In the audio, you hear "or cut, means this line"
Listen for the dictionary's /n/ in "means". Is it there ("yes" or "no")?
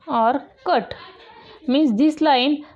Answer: no